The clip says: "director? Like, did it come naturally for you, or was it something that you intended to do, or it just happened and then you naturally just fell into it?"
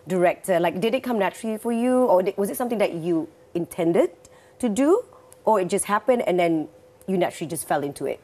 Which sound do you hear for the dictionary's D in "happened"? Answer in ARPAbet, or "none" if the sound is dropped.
D